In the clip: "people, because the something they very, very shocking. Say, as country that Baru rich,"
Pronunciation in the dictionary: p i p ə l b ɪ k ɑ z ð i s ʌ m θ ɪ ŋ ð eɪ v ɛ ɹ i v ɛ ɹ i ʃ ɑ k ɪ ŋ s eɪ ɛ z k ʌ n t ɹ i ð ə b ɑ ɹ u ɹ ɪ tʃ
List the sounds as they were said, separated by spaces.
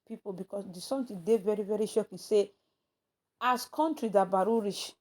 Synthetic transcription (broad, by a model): p i p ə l b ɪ k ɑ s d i s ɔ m t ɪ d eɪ v ɛ ɹ i v ɛ ɹ i ʃ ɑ k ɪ s eɪ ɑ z k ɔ n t ɹ i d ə b ɑ ɹ u ɹ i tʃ